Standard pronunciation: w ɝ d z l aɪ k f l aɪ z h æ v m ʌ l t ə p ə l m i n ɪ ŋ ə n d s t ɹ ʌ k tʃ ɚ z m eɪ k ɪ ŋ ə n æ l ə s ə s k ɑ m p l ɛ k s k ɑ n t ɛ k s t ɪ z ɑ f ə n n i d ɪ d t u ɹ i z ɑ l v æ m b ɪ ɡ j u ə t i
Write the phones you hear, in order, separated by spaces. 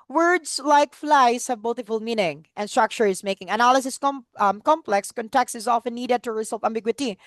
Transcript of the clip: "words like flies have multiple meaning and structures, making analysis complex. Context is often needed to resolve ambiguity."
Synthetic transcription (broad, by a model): w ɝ d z l aɪ k f l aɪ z h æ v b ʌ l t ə f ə l m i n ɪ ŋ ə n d s t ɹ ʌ k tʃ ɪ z m eɪ k ɪ ŋ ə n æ l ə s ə s k ɑ m p l ɛ k s k ɑ n t ɛ k s t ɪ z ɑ f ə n n i d ɪ d t u ɹ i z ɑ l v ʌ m b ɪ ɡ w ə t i